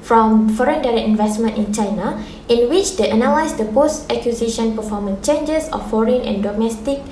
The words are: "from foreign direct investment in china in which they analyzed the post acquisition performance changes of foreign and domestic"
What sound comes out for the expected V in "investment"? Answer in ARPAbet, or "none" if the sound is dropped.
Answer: V